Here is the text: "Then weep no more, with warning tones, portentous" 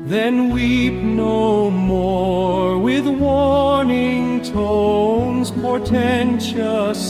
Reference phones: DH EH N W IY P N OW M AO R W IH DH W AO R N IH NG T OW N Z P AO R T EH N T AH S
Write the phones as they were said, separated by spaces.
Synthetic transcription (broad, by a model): DH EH N W IY P N OW M AO R W IH DH W AO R N IH NG T OW N Z P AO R T EH N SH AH S